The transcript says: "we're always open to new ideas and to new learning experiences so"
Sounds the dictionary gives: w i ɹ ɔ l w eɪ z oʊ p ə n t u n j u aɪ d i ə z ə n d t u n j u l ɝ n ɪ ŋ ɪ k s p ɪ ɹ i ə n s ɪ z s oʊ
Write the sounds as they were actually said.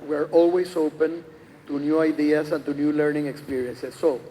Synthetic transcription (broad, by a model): w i ɹ ɔ l w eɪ s oʊ p ə n t u n j u aɪ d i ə s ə n t u n j u l ɝ n ɪ ŋ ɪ k s p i ɹ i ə n s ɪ s oʊ